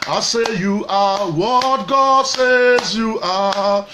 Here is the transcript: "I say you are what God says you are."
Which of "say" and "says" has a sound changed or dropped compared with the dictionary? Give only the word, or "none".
none